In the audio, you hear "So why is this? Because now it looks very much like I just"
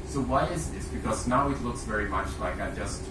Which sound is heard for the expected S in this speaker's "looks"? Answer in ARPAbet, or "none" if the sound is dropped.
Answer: S